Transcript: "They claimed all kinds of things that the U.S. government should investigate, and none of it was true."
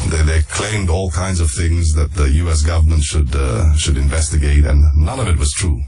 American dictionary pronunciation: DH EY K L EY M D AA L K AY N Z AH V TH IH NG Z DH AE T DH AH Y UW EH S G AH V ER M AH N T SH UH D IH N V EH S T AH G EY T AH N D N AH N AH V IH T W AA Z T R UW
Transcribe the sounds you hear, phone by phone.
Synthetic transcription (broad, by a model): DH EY K L EY M D AA L K AY N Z AH V TH IH NG Z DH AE T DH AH Y UW EH S G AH V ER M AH N T SH UH D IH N V EH S T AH G EY T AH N N AH N AH V IH T W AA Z T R UW